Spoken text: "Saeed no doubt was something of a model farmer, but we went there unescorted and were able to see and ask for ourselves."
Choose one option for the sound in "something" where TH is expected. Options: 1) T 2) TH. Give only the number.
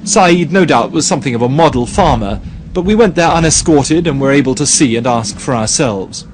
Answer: 2